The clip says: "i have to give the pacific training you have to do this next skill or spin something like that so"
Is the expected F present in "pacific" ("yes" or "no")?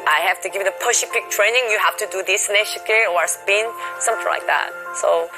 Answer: no